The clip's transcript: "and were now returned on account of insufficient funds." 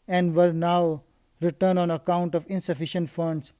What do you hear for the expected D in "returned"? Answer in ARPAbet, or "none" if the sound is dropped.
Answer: none